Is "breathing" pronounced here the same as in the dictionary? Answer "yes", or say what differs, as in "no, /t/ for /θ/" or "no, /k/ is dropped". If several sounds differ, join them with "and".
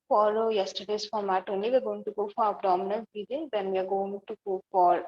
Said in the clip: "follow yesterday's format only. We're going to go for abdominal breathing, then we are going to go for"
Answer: no, /ɹ/ is dropped